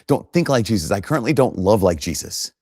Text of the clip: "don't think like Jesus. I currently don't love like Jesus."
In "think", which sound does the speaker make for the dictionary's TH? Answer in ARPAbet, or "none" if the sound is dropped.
TH